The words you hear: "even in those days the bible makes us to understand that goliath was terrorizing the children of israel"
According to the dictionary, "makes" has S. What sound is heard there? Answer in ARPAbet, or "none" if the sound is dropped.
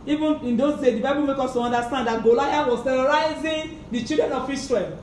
none